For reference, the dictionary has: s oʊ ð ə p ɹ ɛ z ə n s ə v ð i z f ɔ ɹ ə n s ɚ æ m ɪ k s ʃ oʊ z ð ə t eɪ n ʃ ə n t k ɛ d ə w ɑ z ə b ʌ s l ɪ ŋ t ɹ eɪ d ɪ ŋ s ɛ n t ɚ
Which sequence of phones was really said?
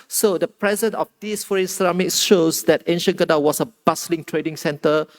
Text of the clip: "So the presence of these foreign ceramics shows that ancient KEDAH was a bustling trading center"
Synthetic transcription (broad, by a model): s oʊ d ə p ɹ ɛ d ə n ə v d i s f ɔ ɹ ə n s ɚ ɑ m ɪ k s ʃ oʊ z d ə t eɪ n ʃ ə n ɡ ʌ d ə w ɑ s ə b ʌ s l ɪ ŋ t ɹ eɪ d ɪ ŋ s ɛ n t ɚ